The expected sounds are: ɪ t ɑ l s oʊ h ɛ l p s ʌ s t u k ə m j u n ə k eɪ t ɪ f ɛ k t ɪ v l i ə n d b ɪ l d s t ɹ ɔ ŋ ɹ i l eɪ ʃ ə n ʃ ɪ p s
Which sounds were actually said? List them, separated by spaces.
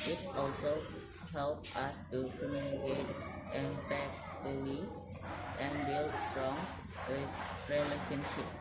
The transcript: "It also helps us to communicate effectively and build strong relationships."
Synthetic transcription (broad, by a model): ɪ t ɑ l s oʊ h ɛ l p ʌ s t u k ə m j u n ə k eɪ t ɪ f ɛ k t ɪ l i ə n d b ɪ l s s t ɹ ɔ ŋ ɹ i l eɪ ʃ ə n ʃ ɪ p